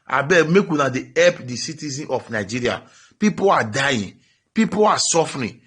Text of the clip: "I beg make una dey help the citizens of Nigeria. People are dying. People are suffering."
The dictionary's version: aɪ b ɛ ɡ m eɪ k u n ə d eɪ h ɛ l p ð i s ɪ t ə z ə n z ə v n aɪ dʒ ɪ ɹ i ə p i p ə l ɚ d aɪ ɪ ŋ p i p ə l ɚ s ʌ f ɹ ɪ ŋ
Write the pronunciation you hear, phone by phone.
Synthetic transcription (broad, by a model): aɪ b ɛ m eɪ k u n ə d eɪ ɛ p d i s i t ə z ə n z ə f n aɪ dʒ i ɹ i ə p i p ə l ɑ d aɪ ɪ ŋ p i p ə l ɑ s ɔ f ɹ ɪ